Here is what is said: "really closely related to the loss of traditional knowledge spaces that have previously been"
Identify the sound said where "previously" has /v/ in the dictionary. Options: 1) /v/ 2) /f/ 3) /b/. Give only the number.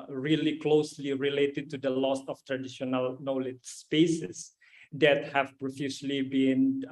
2